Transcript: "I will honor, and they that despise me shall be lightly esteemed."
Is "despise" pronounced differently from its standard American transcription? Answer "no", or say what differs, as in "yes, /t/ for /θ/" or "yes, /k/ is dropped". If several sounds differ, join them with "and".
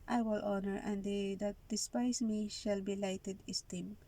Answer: yes, /s/ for /z/